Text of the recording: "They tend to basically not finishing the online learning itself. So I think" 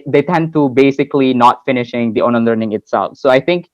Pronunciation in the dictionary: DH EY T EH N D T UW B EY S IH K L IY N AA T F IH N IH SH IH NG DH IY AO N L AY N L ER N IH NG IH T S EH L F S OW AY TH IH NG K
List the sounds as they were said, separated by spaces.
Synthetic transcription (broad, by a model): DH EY T EH N D T UW B EY S IH K L IY N AA T F IH N IH SH IH NG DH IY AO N AY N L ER N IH NG IH T S EH L F S OW AY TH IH NG K